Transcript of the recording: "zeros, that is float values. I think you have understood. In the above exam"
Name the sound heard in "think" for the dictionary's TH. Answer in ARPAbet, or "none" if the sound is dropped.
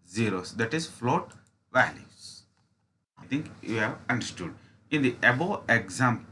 T